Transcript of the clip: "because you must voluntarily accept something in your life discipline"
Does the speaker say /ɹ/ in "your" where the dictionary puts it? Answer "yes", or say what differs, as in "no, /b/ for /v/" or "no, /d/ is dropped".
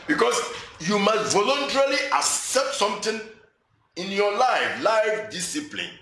no, /l/ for /ɹ/